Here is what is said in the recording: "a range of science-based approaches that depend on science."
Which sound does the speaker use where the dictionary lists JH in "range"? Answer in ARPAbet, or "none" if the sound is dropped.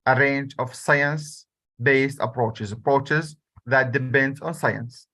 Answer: JH